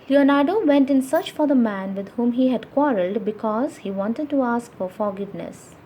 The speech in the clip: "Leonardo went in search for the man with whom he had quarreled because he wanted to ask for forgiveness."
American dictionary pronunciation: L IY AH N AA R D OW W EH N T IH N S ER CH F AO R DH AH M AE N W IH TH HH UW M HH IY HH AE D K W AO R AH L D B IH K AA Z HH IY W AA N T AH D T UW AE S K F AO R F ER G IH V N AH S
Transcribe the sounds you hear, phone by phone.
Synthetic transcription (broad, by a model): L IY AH N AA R D OW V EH N T IH N S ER CH F AO R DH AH M AE N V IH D HH UW M HH IY HH AE D K W AO R AH L D B IH K AA Z HH IY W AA N T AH D T UW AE S K F AO R F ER G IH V N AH S